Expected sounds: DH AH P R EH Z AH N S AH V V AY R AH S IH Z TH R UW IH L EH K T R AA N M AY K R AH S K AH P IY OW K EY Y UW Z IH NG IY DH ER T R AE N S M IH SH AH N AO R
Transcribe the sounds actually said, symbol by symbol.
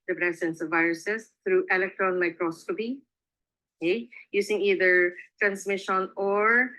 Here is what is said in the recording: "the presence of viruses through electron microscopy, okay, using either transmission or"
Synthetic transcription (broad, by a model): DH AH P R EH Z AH N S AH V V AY R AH S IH S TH R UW IH L EH K T R AA N M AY K R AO S K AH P IY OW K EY Y UW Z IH NG IY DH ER T R AE N S M IH SH AH N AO R